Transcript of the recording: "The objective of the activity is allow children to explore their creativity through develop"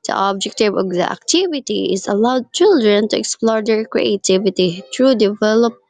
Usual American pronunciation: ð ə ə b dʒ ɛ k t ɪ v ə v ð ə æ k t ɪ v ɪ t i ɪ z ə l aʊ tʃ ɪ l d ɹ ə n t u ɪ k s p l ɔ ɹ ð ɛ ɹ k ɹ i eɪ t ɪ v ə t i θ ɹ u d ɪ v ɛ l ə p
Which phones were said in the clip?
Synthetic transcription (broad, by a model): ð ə ə b dʒ ɛ k t ɪ v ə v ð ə æ k t ɪ v ɪ t i ɪ z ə l aʊ tʃ ɪ l d ɹ ə n t u ɪ k s p l ɔ ɹ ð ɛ ɹ k ɹ i eɪ t ɪ v ə t i t ɹ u d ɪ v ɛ l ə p